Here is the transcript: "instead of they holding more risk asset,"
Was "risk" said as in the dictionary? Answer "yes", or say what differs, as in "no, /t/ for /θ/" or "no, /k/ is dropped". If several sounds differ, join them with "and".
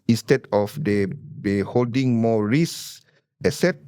no, /k/ is dropped